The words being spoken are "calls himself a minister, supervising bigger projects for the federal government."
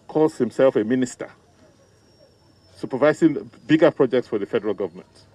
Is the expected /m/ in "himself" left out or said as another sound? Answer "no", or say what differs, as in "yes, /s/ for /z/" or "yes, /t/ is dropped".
no